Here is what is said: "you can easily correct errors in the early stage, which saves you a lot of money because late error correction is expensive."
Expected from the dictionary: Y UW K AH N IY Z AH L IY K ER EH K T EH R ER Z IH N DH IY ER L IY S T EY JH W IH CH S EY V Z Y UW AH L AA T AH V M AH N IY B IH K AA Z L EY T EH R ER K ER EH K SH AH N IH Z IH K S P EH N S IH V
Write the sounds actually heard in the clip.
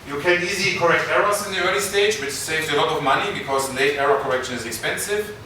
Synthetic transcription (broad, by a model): Y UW K AH N IY Z AH L IY K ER EH K T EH R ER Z IH N DH IY ER L IY S T EY JH W IH CH S EY V Z AH L AA T AH V M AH N IY B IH K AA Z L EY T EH R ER K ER EH K SH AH N IH Z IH K S P EH N S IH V